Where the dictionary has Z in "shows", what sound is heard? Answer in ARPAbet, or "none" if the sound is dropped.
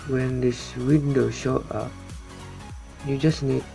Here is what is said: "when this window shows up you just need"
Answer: none